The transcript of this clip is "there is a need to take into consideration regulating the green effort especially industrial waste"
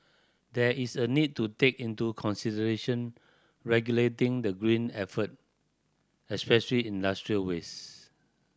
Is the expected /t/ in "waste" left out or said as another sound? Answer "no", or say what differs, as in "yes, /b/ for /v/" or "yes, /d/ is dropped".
yes, /t/ is dropped